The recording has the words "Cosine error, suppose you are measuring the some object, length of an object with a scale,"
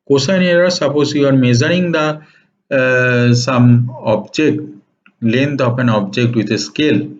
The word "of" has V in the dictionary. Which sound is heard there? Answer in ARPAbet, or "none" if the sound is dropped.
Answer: P